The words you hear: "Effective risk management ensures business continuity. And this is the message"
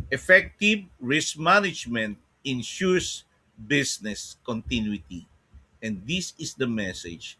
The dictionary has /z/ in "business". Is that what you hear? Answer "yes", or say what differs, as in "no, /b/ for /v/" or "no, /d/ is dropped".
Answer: no, /s/ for /z/